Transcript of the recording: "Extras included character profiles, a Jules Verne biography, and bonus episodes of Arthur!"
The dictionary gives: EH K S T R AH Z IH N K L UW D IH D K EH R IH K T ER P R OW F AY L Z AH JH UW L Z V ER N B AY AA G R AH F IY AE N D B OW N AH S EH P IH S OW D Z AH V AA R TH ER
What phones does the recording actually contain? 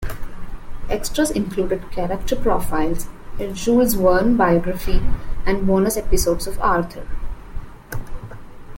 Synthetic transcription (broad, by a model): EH K S T R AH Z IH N K L UW D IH D K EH R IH K T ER P R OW F AY L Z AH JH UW Z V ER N B AY AA G R AH F IY AE N D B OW N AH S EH P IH S OW D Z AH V AA R T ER